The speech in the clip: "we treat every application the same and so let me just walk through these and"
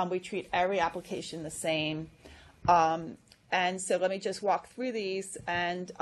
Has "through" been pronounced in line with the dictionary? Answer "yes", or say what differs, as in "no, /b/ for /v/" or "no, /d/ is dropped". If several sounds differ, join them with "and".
yes